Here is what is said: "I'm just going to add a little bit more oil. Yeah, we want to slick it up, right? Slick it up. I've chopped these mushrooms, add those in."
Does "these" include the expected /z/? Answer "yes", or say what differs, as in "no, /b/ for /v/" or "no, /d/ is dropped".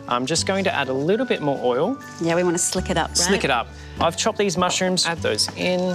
yes